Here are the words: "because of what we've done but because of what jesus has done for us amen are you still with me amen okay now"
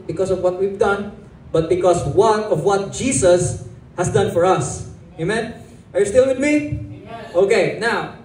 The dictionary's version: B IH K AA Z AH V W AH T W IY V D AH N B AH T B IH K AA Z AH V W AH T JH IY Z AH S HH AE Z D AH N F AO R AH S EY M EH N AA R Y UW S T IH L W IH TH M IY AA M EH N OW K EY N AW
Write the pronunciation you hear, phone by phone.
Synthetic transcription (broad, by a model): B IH K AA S AH V W AH T W IY V D AH N B AH T B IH K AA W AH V W AH T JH IY S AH S HH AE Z D AH N F AO R AH S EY M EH N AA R Y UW S T IH L W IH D M IY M OW K EY N AW